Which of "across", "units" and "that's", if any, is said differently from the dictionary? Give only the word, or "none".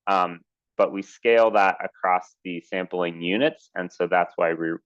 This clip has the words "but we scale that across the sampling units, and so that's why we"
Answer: none